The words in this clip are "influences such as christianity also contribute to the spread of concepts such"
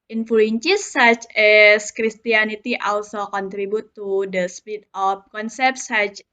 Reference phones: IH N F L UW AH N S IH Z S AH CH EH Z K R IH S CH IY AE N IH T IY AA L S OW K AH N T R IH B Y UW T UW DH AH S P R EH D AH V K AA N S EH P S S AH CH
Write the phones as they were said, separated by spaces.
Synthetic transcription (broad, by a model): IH N F L UW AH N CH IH S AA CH EH S K R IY S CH IY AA N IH T IY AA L S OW K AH N T R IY B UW T UW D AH S P IY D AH F K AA N S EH P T S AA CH